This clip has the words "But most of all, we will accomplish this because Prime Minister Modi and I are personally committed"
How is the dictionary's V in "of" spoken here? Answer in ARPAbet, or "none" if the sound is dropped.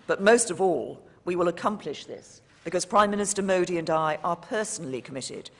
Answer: V